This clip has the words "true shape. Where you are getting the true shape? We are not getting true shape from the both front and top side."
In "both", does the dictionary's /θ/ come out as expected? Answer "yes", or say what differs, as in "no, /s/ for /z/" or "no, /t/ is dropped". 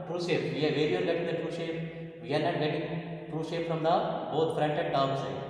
no, /t/ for /θ/